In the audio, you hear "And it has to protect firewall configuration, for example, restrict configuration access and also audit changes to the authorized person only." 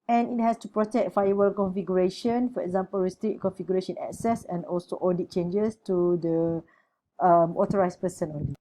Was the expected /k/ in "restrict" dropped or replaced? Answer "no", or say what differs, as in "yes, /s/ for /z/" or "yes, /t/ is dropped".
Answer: yes, /k/ is dropped